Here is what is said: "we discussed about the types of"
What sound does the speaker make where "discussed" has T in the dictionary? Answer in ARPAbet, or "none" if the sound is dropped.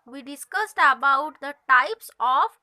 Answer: T